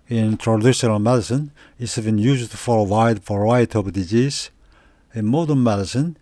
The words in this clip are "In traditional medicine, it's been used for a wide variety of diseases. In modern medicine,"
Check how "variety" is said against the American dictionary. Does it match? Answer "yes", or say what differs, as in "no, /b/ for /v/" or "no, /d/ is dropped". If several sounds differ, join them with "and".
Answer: no, /f/ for /v/